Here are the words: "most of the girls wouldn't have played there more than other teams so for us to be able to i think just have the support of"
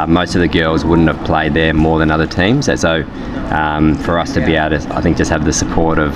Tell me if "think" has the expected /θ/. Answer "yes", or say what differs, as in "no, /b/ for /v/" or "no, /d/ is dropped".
yes